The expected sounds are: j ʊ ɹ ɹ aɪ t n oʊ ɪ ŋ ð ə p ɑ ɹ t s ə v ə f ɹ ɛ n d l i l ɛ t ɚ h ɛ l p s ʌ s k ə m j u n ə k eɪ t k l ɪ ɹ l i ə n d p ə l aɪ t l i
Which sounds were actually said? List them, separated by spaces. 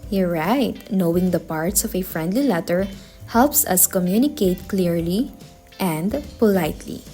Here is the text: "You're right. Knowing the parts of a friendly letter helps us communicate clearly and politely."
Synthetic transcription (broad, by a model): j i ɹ ɹ aɪ t n oʊ ɪ ŋ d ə p ɑ ɹ t s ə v ə f ɹ ɛ n d l i l ɛ t ɚ h ɛ l p s ʌ s k ə m j u n ə k eɪ t k l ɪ ɹ l i ə n d p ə l aɪ t l i